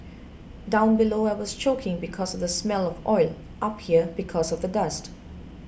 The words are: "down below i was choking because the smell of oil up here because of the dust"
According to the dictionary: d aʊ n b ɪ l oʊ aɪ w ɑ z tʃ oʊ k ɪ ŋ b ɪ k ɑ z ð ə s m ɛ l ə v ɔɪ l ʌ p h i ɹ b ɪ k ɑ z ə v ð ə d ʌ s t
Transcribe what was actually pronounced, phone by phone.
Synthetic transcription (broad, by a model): d aʊ n b ɪ l oʊ aɪ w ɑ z tʃ oʊ k ɪ ŋ b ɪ k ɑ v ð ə s m ɛ l ə v ɔɪ l ʌ p h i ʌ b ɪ k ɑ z ə v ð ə d ʌ s t